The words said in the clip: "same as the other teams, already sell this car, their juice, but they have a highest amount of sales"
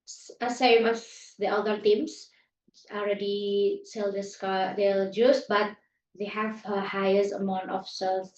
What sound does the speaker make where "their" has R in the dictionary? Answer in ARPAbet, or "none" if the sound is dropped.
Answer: L